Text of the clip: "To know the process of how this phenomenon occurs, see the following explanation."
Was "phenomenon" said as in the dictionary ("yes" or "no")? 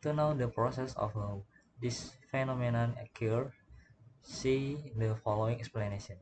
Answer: yes